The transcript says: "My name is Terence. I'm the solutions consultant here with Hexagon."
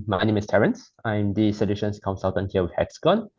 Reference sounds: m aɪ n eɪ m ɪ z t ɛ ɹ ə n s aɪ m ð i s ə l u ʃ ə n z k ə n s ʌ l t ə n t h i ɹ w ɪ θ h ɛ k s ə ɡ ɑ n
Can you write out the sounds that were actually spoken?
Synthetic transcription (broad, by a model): m aɪ n eɪ m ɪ s t ɛ ɹ ə n s aɪ m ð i s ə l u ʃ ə n s k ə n s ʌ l t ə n h i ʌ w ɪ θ h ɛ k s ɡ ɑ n